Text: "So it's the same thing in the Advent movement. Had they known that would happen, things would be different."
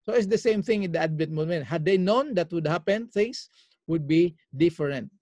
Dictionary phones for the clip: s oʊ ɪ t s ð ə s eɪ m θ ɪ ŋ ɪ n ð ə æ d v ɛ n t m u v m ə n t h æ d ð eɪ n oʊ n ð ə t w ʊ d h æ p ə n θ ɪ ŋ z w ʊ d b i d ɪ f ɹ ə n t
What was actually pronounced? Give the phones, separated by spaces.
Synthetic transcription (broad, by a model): s oʊ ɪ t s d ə s eɪ m θ ɪ ŋ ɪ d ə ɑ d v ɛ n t m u m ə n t h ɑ d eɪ n oʊ n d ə t w ʊ d h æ p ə n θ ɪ ŋ s w ʊ d b i d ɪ f ɹ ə n t